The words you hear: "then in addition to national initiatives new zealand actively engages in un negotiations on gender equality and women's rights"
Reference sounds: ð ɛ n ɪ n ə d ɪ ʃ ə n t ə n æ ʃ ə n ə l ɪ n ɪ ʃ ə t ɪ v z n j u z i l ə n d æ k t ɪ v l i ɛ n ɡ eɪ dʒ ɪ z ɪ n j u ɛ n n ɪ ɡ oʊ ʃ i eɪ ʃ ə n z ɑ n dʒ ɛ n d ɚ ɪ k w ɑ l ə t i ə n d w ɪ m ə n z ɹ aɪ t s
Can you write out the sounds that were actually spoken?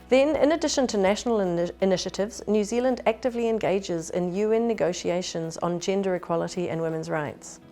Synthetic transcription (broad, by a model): ð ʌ n ɪ n ə d ɪ ʃ ə n t ə n æ ʃ ə n ə l ɪ n ɪ ʃ ə t ɪ v z n j u z i l ə n d æ k t ɪ v l i ɛ n ɡ eɪ dʒ ɪ z ɪ n j u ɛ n n ɪ ɡ oʊ ʃ i eɪ ʃ ə n z n dʒ ɛ n d ɚ ɪ k w ɑ l ə t i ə n w ɪ m ə n z ɹ aɪ t s